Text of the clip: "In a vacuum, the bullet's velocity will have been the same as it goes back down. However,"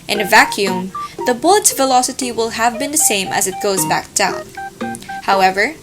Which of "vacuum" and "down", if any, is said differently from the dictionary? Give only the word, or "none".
none